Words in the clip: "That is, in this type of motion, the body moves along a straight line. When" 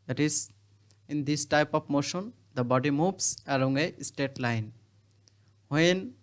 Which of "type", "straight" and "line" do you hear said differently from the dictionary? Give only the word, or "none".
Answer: straight